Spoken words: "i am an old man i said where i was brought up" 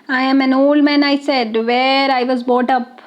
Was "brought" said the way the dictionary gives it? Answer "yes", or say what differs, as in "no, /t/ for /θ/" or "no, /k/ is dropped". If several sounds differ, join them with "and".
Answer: no, /ɹ/ is dropped